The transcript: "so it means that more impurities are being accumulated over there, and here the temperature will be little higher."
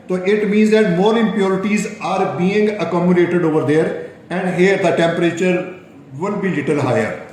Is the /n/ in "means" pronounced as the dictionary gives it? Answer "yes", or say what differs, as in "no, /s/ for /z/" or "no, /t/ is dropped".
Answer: yes